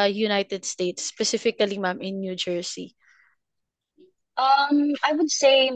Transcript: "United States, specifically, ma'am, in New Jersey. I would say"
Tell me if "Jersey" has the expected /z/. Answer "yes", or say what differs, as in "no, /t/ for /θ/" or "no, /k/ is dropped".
no, /s/ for /z/